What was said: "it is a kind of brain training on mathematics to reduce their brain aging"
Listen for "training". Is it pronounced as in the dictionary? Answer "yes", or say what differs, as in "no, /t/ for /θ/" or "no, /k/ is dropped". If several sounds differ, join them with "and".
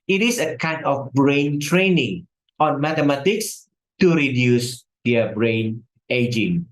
yes